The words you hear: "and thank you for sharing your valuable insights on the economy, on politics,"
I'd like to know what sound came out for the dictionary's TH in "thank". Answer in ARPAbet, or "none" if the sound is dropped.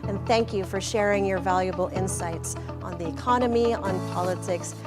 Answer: TH